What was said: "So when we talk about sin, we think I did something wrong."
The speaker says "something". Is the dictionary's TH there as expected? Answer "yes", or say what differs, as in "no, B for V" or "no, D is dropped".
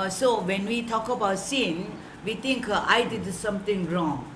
no, T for TH